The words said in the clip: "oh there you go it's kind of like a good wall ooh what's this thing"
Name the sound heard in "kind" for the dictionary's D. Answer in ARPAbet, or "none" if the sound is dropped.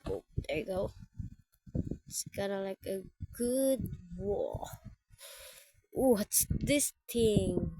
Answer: none